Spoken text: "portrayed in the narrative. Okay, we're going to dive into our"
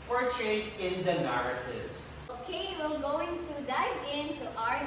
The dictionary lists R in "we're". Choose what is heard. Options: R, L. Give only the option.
L